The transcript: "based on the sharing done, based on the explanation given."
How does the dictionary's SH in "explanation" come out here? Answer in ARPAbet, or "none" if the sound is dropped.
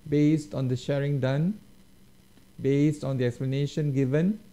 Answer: SH